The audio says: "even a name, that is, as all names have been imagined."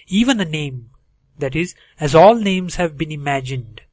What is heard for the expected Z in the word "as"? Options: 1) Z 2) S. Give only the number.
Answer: 1